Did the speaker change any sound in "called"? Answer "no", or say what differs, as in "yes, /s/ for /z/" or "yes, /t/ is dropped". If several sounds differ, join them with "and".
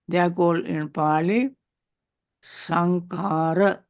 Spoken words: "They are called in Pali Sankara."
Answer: yes, /d/ is dropped